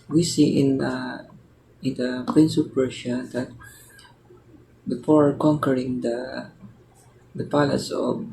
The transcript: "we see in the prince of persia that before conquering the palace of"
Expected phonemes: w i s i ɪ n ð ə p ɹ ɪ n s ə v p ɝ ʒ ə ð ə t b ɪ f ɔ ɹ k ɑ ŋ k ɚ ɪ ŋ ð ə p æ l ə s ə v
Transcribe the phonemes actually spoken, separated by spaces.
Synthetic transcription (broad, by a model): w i s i ɪ n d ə p ɹ ɪ n s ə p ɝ ʃ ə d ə t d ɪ p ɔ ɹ k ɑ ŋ k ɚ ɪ ŋ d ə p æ l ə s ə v